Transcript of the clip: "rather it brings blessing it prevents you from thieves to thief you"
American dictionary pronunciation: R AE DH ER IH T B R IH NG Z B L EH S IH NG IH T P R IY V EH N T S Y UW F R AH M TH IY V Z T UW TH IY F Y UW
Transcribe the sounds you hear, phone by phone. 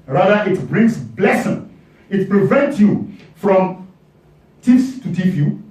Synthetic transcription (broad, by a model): R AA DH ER IH T B R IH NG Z B L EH S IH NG IH T P R IY V EH N T S Y UW F R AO M T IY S T UW T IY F Y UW